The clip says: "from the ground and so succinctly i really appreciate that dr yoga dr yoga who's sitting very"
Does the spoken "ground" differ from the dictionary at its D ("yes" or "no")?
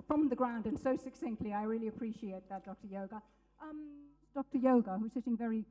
no